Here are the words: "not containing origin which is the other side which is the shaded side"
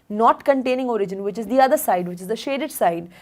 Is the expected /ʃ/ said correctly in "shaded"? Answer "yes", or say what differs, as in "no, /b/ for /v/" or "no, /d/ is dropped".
yes